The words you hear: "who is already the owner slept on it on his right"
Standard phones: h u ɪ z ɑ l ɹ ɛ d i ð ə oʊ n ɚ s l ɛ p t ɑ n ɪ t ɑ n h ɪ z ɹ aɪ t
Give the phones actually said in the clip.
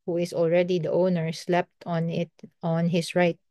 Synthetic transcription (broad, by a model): h u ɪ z ɑ l ɹ ɛ d i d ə oʊ n ɚ s l ɛ p t ɑ n ɪ t ɑ n h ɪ s ɹ aɪ t